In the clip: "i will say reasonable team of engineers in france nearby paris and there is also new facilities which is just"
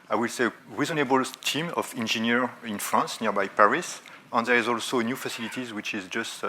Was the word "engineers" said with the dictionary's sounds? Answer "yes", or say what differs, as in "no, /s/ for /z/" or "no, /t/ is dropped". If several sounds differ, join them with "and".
no, /z/ is dropped